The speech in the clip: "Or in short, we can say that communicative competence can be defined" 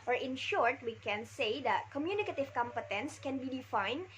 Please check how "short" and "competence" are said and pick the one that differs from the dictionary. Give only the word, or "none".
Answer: none